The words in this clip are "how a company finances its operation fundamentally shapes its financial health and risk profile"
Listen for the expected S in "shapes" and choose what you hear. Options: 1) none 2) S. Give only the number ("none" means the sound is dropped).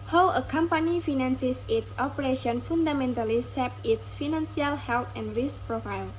1